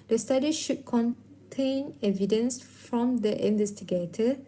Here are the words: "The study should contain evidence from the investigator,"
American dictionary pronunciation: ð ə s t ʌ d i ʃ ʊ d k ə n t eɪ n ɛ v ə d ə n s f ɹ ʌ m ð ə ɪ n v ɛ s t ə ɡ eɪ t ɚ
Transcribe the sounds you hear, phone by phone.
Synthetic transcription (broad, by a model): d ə s t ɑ d i ʃ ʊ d k ə n t eɪ n ɛ v ə d ə n s f ɹ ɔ m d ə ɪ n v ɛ s t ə ɡ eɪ t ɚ